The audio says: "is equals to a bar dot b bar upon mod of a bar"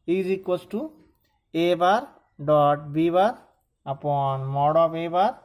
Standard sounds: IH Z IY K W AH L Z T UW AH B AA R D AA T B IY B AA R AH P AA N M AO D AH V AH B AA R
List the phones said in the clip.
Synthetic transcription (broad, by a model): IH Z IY K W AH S T UW AH B AA R D AA T B IY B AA R AH P AA N M AO D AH P AH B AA R